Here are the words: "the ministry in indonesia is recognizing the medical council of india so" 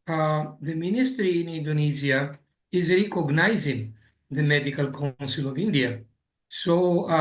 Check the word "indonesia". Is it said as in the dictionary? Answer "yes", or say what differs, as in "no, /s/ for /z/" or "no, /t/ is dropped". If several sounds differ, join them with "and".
no, /z/ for /ʒ/